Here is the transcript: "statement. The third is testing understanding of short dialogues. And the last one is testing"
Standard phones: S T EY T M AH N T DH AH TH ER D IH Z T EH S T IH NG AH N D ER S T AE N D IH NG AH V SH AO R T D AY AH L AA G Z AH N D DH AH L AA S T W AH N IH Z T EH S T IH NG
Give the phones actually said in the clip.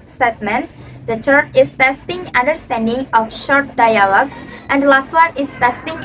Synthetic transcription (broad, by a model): S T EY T M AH N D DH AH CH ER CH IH S T EH S T IH NG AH N D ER S T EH N D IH NG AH F SH AO R T D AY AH L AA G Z AH N D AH L AA S T W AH N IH S T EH S T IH NG